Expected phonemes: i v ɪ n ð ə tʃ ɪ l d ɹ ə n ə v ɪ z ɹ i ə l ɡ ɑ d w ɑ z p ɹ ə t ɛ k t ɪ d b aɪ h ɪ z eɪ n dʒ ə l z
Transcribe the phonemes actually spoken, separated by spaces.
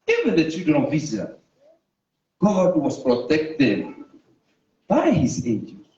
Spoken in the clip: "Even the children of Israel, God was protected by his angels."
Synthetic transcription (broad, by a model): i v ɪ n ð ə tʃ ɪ d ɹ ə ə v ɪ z i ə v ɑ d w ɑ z p ɹ ə t ɛ k t ɪ d b aɪ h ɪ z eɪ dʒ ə